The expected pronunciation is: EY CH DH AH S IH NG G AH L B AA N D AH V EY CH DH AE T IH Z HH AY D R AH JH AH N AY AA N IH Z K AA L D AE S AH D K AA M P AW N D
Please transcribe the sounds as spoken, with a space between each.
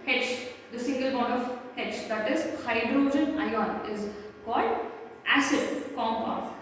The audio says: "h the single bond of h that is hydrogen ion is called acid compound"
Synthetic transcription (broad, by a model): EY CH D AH S IH NG G AH L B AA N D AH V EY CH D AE T IH Z HH AY D R AH JH AH N AY AA N IH Z K AA L D AE S AH D K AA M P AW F